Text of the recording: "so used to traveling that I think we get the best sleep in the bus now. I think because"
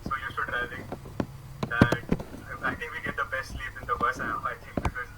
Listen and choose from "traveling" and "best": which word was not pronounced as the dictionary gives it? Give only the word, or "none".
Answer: traveling